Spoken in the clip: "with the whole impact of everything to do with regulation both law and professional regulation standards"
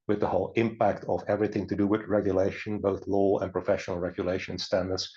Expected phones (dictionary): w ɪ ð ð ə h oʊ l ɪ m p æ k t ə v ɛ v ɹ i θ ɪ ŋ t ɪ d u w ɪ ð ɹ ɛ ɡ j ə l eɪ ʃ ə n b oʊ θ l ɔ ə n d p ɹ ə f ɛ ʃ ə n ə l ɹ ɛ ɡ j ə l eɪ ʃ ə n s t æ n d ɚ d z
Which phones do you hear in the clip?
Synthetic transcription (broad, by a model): w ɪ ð ð ə h oʊ l ɪ m p æ k t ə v ɛ v ɹ i θ ɪ ŋ t ɪ d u w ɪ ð ɹ ɛ ɡ j ə l eɪ ʃ ə n b oʊ θ l ɔ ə n p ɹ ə f ɛ ʃ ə n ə l ɹ ɛ ɡ j ə l eɪ ʃ ə n s t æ n d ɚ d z